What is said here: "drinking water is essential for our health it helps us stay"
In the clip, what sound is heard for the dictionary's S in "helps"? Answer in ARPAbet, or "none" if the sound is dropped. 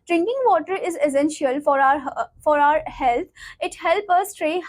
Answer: none